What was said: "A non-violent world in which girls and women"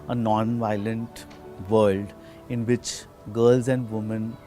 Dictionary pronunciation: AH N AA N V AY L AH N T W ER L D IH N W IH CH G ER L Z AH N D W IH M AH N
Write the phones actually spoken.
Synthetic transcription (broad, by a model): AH N AA N V AY L AH N T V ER L D IH N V IH CH G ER L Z AH N D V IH M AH N